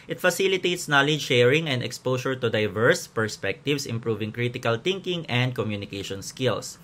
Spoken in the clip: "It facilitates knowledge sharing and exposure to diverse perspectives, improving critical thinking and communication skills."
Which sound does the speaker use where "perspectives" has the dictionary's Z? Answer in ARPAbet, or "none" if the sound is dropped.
S